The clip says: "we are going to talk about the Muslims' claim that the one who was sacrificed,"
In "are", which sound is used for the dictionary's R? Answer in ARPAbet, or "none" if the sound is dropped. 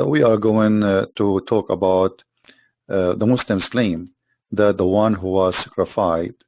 R